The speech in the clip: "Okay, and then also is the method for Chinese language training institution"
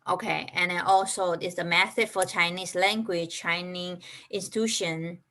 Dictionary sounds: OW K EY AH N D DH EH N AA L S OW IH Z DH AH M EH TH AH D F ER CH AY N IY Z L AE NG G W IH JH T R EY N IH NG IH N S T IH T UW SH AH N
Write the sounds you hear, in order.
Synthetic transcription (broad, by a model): OW K EY AH N D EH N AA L S OW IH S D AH M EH S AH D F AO CH AY N IY S L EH NG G W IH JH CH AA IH N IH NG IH N S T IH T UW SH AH N